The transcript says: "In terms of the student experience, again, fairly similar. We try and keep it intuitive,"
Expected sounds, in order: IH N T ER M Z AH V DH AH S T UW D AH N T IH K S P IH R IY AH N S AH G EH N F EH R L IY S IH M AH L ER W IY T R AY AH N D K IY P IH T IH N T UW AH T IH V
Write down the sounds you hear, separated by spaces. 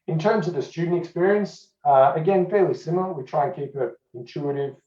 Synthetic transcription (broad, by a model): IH N T ER M Z AH V DH AH S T UW D N T IH K S P IH R IY AH N S AH G EH N F EH R L IY S IH M L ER W IY T R AY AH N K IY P IH T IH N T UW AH T IH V